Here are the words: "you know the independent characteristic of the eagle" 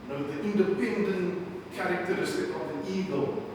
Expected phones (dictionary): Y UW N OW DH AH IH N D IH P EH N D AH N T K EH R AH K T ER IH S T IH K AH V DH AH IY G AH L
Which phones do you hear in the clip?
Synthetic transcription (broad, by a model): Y N OW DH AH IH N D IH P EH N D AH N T K EH R AH K T ER IH S T IH K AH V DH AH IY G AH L